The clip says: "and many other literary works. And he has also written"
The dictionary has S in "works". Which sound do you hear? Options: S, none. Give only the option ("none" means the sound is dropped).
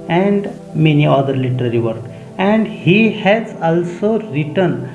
none